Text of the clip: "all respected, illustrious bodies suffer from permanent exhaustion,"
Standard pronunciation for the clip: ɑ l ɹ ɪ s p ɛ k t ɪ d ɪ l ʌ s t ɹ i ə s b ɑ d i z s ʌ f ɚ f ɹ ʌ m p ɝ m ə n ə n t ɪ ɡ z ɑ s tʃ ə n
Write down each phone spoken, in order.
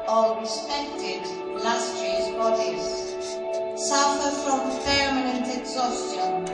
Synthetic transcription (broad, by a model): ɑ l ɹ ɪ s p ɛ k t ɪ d l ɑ s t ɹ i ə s b ɑ d i z s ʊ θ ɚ f ɹ ʌ m f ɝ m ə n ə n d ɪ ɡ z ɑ s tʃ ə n